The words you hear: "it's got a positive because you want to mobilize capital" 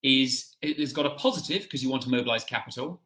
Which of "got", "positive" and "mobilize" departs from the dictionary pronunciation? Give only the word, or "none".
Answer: none